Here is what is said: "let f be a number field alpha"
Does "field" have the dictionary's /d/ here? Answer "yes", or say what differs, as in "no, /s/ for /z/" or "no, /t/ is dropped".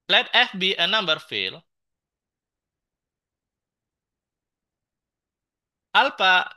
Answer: no, /d/ is dropped